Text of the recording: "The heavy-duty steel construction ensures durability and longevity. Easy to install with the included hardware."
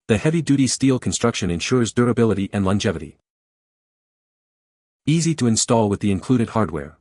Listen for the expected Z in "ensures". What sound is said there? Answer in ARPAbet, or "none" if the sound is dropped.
Z